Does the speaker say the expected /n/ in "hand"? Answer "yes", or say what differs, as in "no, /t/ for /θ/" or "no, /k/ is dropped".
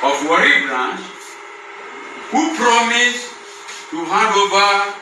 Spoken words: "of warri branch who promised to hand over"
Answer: no, /n/ is dropped